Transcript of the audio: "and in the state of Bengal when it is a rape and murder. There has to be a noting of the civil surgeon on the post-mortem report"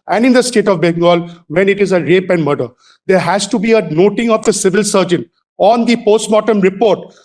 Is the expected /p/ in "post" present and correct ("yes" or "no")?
yes